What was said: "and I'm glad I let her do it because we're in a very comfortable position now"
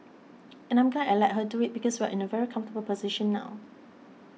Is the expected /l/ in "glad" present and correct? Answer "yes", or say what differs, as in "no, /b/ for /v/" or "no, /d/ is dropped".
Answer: no, /n/ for /l/